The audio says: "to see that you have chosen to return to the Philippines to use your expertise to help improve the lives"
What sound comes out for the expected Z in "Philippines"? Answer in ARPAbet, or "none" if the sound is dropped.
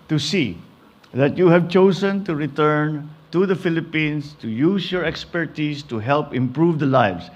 S